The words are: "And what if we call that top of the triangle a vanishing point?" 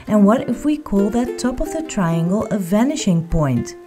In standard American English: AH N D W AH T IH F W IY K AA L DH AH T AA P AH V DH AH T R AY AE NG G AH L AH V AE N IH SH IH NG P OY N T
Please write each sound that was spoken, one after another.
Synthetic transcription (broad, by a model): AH N W AH T IH F W IY K AA L DH AH T AA P AH V DH AH T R AY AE NG G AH L AH V AE N IH SH IH NG P OY N T